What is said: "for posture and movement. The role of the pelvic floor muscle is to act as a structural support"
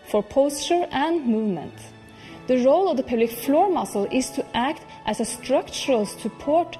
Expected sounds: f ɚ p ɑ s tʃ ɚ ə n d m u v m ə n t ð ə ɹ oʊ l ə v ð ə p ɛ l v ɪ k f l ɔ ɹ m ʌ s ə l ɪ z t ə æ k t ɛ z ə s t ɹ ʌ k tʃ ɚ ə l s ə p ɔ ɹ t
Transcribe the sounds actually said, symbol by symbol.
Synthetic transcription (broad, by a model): f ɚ p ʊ s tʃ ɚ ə n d m u v m ə n t ð ə ɹ oʊ l ə v ð ə p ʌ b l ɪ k f l ɔ ɹ m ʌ s l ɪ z t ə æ k t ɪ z ə s t ɹ ʌ k tʃ ɚ ə l s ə p ɔ ɹ t